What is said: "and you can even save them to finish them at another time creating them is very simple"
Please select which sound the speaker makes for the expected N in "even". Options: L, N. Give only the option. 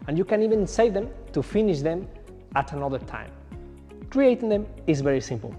N